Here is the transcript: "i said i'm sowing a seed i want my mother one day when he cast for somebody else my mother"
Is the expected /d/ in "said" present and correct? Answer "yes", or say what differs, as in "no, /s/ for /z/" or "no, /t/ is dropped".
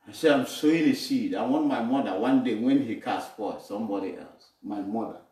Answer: no, /d/ is dropped